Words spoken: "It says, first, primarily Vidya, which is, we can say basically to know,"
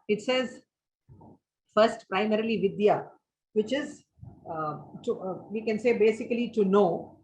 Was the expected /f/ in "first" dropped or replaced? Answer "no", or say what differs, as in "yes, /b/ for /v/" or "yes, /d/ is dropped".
no